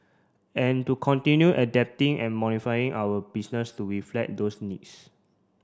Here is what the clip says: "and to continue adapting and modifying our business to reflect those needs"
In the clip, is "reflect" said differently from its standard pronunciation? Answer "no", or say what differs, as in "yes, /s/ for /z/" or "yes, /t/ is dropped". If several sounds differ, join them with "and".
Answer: yes, /k/ is dropped